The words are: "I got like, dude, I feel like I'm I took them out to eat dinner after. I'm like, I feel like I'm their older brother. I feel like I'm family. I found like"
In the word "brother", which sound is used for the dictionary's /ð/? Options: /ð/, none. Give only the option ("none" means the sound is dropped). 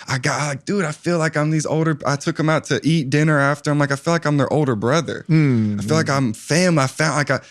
/ð/